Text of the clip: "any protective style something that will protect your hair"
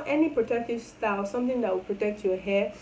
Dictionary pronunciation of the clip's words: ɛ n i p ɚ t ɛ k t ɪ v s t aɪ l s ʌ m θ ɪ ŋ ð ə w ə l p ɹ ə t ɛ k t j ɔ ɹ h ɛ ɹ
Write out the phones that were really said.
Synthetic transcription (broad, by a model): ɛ n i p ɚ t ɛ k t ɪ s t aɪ s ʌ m t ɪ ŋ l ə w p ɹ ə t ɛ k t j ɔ h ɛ